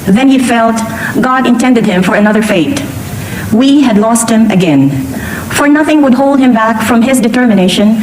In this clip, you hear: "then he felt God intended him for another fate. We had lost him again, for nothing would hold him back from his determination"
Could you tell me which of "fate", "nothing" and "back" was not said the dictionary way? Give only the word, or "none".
none